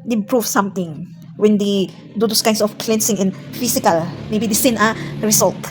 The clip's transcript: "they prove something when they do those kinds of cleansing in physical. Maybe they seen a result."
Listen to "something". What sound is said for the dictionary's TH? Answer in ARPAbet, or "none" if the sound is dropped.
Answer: T